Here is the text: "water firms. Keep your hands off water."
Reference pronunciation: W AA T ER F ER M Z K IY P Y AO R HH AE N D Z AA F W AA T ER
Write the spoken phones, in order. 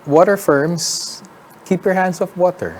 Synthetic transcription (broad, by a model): W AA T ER F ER M S K IY P Y AO R HH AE N D S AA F W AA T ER